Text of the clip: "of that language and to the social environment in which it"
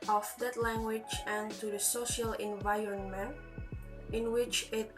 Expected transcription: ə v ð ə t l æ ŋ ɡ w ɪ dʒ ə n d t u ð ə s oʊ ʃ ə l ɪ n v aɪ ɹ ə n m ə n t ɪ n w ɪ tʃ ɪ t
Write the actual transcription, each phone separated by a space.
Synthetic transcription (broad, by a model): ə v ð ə t l æ ŋ ɡ w ɪ dʒ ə n t u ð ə s oʊ ʃ ə l ɪ n v aɪ ɹ ə n m ə n t ɪ n w ɪ tʃ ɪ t